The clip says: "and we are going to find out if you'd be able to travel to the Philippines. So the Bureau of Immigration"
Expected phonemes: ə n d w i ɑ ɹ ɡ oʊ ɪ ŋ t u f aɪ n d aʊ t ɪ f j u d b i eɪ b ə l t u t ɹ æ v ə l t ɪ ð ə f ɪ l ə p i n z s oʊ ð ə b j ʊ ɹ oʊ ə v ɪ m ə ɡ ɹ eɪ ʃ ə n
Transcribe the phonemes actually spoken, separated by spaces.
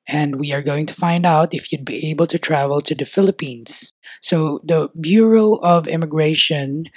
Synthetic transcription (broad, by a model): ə n d w i ɑ ɹ ɡ oʊ ɪ ŋ t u f aɪ n d aʊ t ɪ f j u d b i eɪ b ə l t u t ɹ æ v ə l t ɪ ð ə f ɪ l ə p i n s oʊ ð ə b j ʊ ɹ oʊ ə v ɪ m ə ɡ ɹ eɪ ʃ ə n